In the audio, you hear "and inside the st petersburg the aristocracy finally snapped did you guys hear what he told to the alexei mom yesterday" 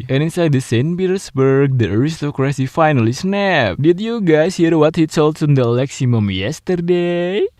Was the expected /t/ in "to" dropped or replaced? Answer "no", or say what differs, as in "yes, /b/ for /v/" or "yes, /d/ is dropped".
yes, /s/ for /t/